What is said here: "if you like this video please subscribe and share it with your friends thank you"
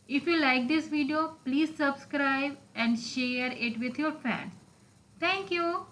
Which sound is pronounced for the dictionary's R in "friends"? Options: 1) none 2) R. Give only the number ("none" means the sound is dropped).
1